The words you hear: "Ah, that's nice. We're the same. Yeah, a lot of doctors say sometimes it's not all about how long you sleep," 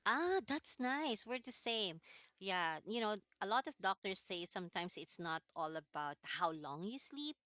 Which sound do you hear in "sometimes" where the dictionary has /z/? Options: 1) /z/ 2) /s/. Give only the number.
2